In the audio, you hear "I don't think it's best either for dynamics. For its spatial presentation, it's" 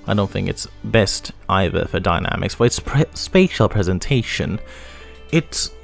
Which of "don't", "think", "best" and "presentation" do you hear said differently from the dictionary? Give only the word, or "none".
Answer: none